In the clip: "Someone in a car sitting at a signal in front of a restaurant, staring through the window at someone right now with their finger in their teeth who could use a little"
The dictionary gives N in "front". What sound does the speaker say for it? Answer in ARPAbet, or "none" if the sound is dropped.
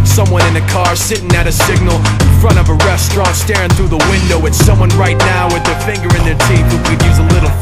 none